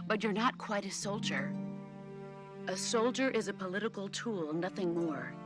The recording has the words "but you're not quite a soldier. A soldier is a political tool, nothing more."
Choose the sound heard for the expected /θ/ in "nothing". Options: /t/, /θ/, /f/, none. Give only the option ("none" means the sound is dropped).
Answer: /θ/